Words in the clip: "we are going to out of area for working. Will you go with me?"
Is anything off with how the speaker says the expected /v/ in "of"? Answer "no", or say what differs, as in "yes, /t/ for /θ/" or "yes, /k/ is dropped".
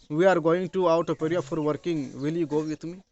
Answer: yes, /p/ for /v/